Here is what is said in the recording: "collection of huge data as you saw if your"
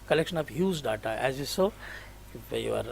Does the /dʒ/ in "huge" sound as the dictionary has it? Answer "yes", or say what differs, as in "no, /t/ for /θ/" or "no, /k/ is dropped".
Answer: no, /z/ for /dʒ/